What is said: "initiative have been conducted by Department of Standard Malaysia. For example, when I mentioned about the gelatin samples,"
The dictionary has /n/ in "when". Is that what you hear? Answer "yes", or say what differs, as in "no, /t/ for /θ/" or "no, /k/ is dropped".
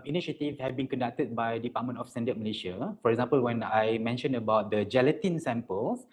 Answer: yes